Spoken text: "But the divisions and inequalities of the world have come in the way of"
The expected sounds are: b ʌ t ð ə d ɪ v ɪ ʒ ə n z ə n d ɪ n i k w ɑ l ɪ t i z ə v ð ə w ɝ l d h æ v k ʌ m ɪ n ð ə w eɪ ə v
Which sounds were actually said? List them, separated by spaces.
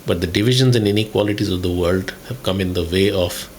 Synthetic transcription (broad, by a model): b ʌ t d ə d ɪ v ɪ ʒ ə n z ə n d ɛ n i k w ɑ l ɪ t i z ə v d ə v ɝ l d h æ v k ʌ m ɪ n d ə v eɪ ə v